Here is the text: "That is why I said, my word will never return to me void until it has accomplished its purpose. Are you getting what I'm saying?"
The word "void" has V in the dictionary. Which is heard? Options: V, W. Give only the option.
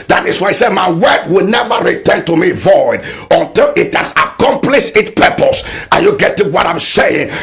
V